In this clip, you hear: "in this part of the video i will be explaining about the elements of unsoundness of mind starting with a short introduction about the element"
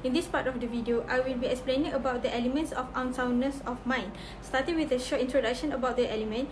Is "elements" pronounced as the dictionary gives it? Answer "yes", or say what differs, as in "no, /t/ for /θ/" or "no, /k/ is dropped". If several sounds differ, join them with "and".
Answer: yes